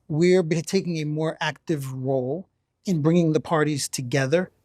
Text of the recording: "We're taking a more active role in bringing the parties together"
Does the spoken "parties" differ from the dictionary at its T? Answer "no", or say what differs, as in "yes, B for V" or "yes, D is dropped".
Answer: no